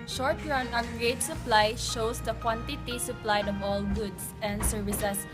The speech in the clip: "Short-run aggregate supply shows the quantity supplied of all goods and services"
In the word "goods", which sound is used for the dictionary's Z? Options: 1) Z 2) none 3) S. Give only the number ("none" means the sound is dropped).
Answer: 3